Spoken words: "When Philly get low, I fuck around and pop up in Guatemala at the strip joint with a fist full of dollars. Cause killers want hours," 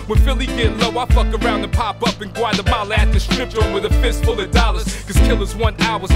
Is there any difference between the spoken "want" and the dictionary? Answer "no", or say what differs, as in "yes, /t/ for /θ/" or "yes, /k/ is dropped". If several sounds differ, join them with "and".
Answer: yes, /t/ is dropped